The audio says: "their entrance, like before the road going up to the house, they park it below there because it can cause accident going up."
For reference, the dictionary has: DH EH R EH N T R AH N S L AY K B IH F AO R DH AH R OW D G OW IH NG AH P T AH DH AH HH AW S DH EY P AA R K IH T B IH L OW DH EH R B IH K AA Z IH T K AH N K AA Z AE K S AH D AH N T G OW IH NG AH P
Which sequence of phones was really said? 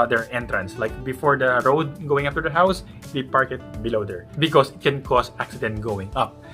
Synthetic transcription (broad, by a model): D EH R EH N T R AH N S L AY K B IH F AO R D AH R OW D G OW IH NG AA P T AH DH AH HH AW S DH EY P AA R K IH T B IH L OW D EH R B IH K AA S IH T K AH N K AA S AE K S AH D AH N T G OW IH NG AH P